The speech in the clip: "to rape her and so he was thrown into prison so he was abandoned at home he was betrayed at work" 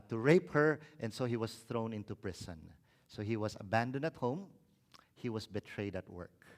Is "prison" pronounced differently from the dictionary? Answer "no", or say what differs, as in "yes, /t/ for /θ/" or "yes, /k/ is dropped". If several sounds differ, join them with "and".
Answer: yes, /s/ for /z/